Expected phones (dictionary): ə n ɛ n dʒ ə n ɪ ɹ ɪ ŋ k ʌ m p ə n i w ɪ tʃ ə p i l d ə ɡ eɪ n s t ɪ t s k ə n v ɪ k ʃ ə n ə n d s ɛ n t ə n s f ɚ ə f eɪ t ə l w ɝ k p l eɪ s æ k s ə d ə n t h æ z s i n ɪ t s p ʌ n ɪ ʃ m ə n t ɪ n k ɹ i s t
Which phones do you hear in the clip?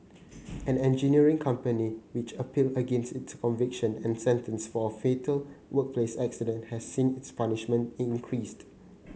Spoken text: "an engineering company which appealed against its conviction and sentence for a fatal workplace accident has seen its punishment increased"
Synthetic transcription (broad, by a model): ə n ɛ n dʒ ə n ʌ ɹ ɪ ŋ k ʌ m p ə n i w ɪ tʃ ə p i l ə ɡ eɪ n s t ɪ t s k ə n v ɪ k ʃ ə n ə n s ɛ n t ə n s f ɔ ə f eɪ t ə l w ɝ k p l eɪ s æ k s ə d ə n t h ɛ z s i n ɪ t s p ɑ n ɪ ʃ m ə n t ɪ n k ɹ i s t